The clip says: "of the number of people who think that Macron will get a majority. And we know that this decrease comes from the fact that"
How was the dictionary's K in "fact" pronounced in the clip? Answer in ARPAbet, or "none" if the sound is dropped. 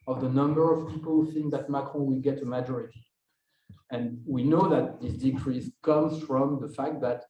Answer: K